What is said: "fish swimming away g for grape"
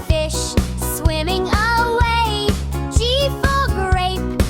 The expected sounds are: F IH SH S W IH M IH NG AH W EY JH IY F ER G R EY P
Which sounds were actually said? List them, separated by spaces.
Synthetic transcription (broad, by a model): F IH SH S W IH M IH NG AH W EY CH IY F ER G R EY P